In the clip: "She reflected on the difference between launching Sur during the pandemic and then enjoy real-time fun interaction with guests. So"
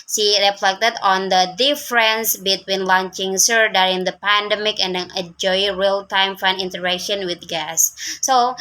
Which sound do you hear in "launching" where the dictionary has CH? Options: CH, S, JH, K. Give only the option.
CH